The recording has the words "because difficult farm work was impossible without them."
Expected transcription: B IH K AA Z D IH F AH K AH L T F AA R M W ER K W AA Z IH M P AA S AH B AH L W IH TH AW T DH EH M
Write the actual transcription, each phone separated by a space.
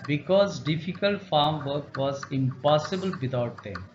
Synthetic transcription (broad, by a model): B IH K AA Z D IH F AH K AH L T F AA R M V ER K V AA Z IH M P AA S AH B AH L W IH T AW T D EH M